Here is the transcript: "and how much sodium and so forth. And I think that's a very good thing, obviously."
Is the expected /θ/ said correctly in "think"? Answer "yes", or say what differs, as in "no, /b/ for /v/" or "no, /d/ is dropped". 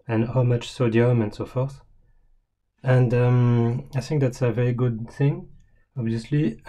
yes